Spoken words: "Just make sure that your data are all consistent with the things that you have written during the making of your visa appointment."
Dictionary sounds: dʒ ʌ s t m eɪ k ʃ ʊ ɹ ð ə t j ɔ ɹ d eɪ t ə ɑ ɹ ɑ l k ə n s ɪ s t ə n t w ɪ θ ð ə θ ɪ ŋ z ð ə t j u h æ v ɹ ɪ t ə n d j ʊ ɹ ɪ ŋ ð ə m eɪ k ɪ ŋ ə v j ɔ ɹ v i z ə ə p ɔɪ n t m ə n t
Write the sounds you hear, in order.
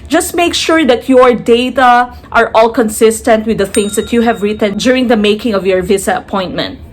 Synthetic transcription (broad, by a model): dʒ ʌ s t m eɪ k ʃ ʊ ɹ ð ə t j ɔ ɹ d eɪ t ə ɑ ɹ ɑ l k ə n s ɪ s t ə n t w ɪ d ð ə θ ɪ ŋ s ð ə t j u h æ v ɹ ɪ t ə n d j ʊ ɹ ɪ ŋ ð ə m eɪ k ɪ ŋ ə v j ɔ ɹ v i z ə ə p ɔɪ n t m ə n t